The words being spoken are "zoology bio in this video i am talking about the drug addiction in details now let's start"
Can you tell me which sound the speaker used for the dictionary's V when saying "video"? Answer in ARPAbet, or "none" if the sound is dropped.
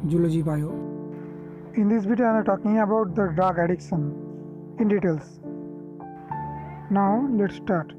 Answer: B